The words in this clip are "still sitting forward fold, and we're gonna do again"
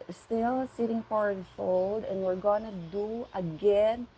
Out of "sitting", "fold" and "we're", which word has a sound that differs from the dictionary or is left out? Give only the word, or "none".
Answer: none